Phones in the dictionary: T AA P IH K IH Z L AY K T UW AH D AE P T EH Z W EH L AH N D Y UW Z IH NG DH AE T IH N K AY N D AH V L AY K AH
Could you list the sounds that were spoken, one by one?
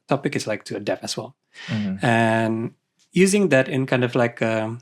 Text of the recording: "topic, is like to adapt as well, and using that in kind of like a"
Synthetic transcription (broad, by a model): T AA P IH K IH S L AY K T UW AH D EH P EH S W EH L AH N Y UW Z IH NG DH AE T IH N K AY N D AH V L AY K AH